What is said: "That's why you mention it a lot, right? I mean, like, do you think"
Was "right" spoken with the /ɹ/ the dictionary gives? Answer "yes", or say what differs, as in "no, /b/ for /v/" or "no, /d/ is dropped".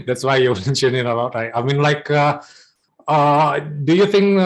no, /l/ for /ɹ/